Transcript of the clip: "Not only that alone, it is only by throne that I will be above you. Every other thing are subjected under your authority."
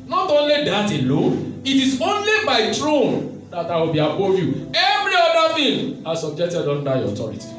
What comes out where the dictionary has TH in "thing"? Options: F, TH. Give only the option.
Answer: F